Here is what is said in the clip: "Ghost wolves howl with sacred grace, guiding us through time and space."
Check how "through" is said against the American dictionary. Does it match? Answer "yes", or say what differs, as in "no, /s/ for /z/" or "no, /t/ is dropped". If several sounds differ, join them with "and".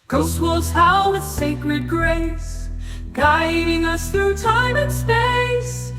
yes